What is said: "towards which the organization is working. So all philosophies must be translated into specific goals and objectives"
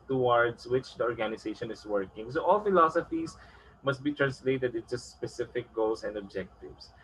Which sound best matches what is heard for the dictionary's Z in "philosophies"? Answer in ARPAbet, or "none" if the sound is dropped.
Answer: S